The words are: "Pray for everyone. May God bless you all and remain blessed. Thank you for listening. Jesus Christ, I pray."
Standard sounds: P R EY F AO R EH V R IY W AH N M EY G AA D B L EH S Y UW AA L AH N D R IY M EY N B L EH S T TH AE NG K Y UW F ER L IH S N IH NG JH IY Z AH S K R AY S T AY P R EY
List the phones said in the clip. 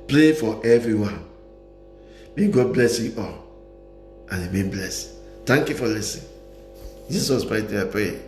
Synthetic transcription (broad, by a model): P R EY F AO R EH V R IY W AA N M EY G AA D B L EH S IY AA L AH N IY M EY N B L EH S T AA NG K Y UW F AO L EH S IH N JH IY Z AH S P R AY T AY P R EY